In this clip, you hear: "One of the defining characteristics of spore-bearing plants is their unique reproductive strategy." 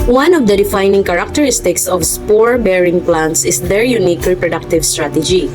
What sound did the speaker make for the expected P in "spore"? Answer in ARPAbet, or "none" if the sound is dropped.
P